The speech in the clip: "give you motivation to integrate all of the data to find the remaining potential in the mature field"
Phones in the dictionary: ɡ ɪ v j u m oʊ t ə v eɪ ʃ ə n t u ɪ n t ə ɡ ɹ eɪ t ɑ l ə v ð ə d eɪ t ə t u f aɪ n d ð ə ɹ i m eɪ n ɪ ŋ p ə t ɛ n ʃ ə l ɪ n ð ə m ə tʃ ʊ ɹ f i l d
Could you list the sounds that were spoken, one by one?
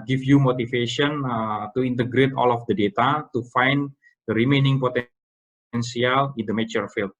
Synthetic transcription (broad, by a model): ɡ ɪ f j u m oʊ t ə f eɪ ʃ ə n t u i n t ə ɡ ɹ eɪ t ɑ l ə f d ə d eɪ t ə t u f aɪ n d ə ɹ i m eɪ n ɪ ŋ p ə t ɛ n s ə l ɪ n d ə m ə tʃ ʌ ɹ f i l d